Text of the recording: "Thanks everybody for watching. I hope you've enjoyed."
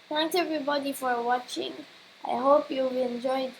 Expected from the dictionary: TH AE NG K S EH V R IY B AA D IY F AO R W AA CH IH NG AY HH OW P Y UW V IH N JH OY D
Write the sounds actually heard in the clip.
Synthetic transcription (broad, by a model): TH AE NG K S EH V R IY B AA D IY F AO R W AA CH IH NG AY HH OW P Y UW B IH N JH OY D